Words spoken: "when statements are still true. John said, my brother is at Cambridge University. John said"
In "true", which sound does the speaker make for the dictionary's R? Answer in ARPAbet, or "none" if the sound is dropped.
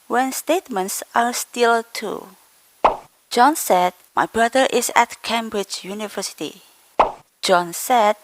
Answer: none